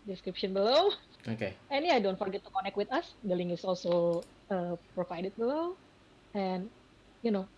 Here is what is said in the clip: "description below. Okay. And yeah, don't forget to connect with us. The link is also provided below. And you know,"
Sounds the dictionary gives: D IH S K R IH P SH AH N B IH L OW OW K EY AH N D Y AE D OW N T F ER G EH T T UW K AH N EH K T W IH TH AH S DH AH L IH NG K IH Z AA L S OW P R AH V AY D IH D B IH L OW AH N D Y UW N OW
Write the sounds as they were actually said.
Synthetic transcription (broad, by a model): D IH S K R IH P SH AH N B IH L OW OW K EY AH N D Y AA D OW N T F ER G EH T T UW K AH N EH K T W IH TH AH S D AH L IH NG IH S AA L S OW P R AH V AY D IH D B IH L OW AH N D Y UW N OW